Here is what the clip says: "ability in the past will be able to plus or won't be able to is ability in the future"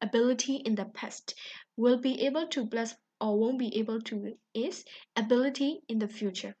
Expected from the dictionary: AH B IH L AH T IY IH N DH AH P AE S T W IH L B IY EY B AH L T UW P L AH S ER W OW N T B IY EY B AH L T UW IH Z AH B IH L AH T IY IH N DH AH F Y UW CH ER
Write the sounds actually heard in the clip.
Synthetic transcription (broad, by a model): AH B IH L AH T IY IH N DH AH P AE S T W IH L B IY EY B AH L T UW B L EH S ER W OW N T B IY EY B AH L T UW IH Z AH B IH L AH T IY IH N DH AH F Y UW CH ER